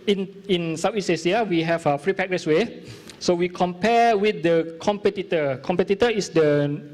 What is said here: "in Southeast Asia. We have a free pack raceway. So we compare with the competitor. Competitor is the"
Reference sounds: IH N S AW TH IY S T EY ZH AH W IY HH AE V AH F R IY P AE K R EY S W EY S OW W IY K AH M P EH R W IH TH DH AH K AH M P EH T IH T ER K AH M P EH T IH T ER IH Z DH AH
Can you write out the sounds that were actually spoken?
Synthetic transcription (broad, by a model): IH N S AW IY S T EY S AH W IY HH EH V AH F R IY P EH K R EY S W EY S OW W IY K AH M P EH W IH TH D AH K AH M P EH T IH T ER K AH M P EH T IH T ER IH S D AH